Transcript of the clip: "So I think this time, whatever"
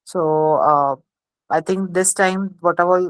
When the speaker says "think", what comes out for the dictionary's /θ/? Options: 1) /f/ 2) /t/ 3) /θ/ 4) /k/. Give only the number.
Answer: 2